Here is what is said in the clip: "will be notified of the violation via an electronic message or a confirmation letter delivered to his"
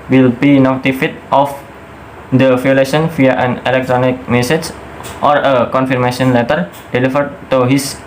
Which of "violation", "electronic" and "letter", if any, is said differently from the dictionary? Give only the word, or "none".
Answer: violation